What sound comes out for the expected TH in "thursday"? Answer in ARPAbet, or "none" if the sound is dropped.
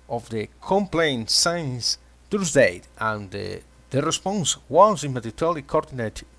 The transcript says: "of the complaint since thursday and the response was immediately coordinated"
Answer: T